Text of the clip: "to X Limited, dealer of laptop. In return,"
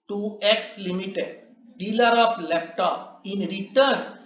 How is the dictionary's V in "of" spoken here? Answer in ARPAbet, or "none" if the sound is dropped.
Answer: P